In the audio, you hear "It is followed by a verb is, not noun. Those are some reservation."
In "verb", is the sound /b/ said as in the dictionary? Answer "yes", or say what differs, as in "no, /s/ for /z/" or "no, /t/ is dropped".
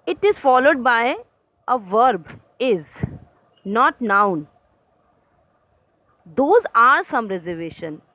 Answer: yes